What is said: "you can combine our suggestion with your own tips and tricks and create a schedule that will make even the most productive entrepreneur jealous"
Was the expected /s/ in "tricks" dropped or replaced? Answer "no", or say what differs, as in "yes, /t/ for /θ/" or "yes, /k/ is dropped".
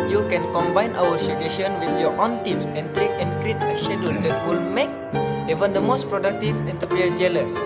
yes, /s/ is dropped